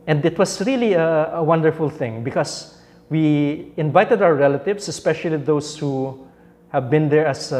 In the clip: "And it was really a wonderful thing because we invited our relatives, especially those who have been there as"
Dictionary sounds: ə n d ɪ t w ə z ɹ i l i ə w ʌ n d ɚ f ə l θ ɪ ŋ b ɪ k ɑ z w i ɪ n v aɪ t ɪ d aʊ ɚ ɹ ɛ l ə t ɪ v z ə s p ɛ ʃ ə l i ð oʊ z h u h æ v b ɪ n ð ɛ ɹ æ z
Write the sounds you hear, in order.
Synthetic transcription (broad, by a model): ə n d ɪ t w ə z ɹ i l i ə w ʌ n d ɚ f ə l θ ɪ ŋ b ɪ k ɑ s w i ɪ n v aɪ t ɪ d aʊ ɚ ɹ ɛ l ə t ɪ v s ə s p ɛ ʃ ə l i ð oʊ s h u h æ v b ɪ n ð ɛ ɹ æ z